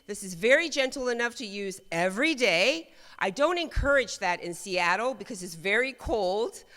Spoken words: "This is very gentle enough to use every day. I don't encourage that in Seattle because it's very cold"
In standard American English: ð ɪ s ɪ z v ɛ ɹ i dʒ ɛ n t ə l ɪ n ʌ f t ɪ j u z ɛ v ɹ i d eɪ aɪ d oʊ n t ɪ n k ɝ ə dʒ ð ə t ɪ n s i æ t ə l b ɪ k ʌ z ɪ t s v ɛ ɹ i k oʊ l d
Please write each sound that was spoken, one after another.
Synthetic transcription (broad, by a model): ð ɪ s ɪ z v ɛ ɹ i dʒ ɛ n t l ɪ n ʌ f t ɪ j u z ɛ v ɹ i d eɪ aɪ d oʊ n t ɪ n k ɝ ə dʒ ð ə t ɪ n s i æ t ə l b ɪ k ʌ z ɪ t s v ɛ ɹ i k oʊ l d